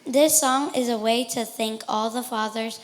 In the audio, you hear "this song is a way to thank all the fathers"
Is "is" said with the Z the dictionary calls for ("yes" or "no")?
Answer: yes